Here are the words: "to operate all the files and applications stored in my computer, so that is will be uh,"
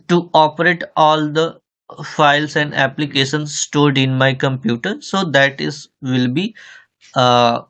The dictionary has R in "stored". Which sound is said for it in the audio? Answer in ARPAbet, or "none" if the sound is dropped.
R